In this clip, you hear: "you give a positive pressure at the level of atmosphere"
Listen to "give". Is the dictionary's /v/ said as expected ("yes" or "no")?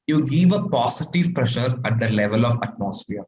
yes